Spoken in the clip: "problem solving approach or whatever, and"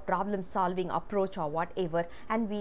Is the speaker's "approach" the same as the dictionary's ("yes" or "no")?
yes